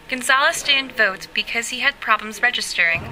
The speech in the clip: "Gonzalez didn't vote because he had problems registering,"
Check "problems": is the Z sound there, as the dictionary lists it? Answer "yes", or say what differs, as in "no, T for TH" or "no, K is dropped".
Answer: yes